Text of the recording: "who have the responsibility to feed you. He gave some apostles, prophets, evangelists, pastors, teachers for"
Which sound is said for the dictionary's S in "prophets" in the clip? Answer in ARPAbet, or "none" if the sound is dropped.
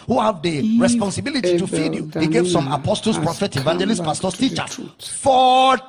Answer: none